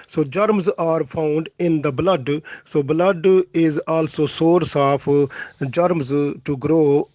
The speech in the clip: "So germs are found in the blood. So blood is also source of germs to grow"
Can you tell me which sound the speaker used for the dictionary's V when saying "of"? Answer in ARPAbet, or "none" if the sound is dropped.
P